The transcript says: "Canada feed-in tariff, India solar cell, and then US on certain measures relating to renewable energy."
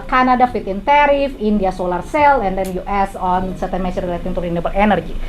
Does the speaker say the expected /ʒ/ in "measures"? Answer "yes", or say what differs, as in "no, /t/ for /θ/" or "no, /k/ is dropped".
no, /s/ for /ʒ/